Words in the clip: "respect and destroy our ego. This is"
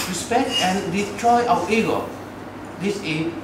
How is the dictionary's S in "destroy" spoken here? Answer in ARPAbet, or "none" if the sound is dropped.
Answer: none